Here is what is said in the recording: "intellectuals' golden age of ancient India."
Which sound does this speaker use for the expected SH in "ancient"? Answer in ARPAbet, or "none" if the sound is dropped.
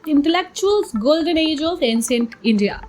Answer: S